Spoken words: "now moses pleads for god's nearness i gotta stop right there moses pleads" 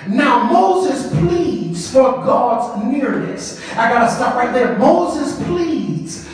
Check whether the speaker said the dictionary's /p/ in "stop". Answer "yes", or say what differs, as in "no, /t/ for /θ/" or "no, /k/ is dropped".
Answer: no, /f/ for /p/